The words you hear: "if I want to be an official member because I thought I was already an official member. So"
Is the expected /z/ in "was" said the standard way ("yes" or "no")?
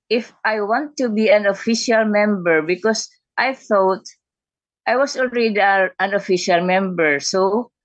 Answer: no